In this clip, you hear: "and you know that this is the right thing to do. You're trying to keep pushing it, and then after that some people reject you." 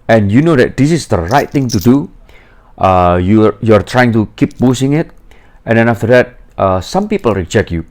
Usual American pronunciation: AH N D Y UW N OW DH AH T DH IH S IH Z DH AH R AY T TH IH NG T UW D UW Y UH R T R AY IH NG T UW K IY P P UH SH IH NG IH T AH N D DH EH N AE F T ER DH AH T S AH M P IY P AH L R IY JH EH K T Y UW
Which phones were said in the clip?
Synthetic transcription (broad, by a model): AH N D Y UW N OW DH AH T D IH S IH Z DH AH R AY T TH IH NG T UW D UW Y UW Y T R AY IH NG T UW K IY P B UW S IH NG IH T AH N D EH N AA F T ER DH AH T S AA M P IY P AH L R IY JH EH K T Y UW